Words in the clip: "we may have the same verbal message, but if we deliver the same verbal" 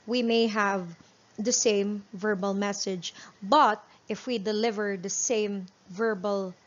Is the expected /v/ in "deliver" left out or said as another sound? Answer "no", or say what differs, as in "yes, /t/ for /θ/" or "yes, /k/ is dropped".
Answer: no